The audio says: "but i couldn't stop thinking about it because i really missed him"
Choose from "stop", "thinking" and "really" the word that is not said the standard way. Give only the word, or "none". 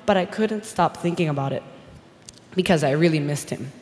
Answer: none